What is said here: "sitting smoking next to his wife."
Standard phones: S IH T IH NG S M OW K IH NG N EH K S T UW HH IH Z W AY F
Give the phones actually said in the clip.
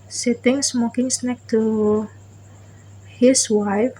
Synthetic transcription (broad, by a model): S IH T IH NG S M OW K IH NG N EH K T UW HH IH S W AY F